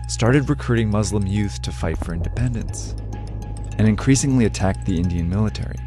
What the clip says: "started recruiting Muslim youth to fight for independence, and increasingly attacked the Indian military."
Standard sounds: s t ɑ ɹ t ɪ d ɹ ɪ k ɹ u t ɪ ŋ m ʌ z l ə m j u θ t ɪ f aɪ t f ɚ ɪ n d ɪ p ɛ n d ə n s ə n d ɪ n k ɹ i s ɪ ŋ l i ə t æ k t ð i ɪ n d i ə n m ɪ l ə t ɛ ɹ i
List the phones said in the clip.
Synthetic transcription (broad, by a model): s t ɑ ɹ t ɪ d ɹ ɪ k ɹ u t ɪ ŋ m ʌ z l ə m j u θ t ɪ f aɪ t f ɚ ɪ n d ɪ p ɛ n d ə n s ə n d ɪ n k ɹ i s ɪ ŋ l i ə t æ k t ð i ɪ n d i ə n m ɪ l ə t ɛ ɹ i